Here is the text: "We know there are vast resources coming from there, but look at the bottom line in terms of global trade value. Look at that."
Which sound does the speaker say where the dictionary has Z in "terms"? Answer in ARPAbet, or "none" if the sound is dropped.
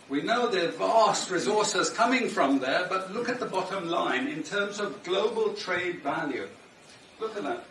Z